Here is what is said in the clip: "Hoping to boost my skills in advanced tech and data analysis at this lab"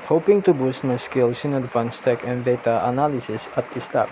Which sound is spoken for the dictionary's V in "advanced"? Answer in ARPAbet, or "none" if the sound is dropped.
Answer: P